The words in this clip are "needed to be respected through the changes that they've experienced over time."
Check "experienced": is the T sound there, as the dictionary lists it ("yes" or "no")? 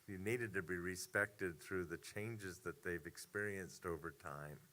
yes